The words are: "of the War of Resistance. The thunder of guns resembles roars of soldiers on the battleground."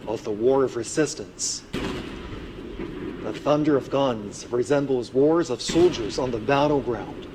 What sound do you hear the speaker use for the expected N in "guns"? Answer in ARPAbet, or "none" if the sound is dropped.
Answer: N